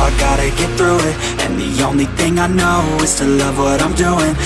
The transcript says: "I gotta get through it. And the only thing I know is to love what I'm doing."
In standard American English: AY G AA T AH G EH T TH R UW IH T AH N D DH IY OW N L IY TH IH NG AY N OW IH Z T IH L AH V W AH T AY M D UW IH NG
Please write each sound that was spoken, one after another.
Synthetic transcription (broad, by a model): AY G AA T AH G EH T TH R UW IH T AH N DH IY OW N L IY TH IH NG AY N OW IH Z T IH L AH V W AH T AY M D UW IH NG